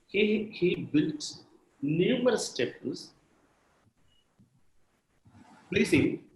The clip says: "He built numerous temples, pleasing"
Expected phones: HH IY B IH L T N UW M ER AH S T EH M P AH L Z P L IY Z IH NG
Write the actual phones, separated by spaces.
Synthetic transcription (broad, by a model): HH IY B IH L T N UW M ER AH S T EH P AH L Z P L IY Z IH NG